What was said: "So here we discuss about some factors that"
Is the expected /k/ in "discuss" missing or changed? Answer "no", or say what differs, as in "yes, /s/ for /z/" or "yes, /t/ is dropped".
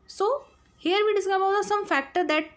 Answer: yes, /k/ is dropped